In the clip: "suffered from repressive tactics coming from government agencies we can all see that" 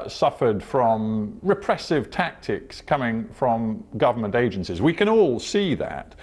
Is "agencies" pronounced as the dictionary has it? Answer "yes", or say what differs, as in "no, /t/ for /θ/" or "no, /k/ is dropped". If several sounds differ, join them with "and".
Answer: yes